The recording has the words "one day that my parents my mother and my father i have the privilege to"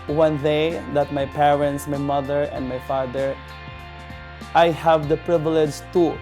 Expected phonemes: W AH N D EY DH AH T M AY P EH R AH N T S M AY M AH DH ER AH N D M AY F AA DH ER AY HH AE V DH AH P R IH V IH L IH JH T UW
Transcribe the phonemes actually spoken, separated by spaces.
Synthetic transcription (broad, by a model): W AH N D EY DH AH T M AY P EH R AH N T S M AY M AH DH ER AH N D M AY F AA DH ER AY HH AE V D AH P R IH V IH L IH JH T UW